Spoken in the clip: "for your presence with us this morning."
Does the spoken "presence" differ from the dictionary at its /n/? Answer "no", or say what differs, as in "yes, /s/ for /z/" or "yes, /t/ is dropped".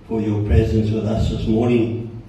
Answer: no